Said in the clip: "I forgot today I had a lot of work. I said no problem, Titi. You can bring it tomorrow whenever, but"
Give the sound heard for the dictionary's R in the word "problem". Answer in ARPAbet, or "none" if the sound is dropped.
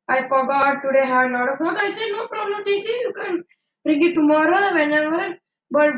R